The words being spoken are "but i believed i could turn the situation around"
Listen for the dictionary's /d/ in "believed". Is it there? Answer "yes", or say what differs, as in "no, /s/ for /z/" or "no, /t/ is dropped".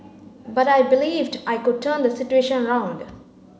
yes